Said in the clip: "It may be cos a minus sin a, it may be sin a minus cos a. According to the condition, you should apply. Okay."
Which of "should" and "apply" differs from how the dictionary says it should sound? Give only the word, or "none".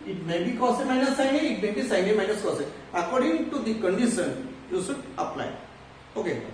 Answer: should